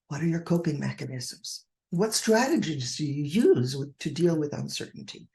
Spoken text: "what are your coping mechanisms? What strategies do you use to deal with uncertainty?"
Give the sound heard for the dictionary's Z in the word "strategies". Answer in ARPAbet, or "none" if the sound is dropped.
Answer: Z